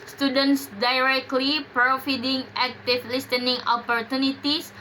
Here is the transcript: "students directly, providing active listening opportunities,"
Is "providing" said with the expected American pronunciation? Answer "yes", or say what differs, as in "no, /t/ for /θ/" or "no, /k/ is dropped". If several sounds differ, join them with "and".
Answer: no, /f/ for /v/